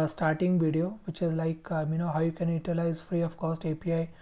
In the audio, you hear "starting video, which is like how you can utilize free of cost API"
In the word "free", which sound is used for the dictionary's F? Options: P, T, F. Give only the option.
F